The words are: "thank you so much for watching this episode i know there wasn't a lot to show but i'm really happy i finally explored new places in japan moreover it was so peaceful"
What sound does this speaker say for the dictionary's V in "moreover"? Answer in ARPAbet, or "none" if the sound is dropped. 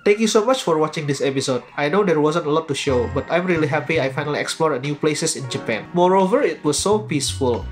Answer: V